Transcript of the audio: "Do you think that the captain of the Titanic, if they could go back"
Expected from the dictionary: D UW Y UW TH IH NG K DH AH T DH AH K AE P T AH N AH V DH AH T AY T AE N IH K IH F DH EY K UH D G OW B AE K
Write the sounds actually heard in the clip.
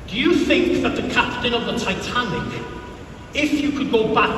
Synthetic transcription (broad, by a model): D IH Y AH TH IH NG K DH AH T DH AH K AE P T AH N AH V DH AH T AY T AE N IH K IH F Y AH K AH D G OW B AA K